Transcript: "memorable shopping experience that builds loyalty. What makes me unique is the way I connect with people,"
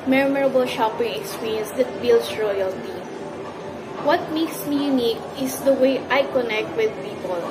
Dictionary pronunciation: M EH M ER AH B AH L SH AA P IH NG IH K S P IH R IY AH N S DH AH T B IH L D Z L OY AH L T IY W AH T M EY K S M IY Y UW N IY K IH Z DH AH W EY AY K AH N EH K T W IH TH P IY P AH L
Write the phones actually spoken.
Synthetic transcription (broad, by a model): M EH M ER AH B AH L SH AA P IH NG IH K S P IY R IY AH N S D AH T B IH L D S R OY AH L T IY W AH T M EY K S M IY Y UW N IY K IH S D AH W EY AY K AH N EH K T W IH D P IY P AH L